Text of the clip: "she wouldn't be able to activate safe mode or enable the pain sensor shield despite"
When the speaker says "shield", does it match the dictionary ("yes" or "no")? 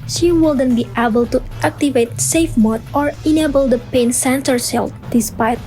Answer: no